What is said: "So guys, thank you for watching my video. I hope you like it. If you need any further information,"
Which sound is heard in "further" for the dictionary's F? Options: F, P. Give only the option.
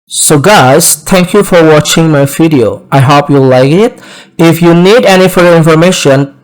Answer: F